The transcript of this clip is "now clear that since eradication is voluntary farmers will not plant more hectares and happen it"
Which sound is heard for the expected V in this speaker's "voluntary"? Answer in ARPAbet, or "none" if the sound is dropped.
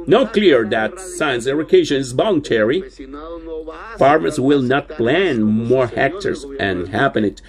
B